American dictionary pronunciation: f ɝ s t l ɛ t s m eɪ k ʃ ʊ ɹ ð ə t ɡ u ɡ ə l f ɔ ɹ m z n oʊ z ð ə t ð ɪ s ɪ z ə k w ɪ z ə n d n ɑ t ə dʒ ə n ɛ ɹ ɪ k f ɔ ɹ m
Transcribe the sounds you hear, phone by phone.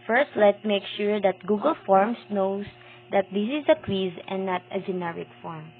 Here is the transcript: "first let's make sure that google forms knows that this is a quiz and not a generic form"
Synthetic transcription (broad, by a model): f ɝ s t l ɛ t m eɪ k ʃ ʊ ɹ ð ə t ɡ u ɡ ə l f ɔ ɹ m s n oʊ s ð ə t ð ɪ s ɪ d ə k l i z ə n n ɑ t ə dʒ ə n ɛ ɹ ɪ k f ɔ ɹ m